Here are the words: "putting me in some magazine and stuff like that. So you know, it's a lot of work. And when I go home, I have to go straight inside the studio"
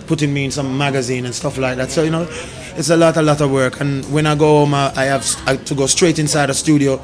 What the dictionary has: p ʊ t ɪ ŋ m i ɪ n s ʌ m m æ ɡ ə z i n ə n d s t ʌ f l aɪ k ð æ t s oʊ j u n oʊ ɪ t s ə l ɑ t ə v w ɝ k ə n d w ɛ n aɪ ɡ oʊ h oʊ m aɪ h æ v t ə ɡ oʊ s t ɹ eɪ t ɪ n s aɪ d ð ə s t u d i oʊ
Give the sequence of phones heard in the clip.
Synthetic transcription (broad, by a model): p ʊ t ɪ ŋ m i ɪ n s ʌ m m æ ɡ ə z i n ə n s t ʌ f l aɪ k ð æ t s oʊ j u n oʊ ɪ t s ə l ɑ t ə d w ɝ k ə n w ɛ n aɪ ɡ oʊ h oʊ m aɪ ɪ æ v t ə ɡ oʊ s t ɹ eɪ t ɪ n s aɪ d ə s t u d i oʊ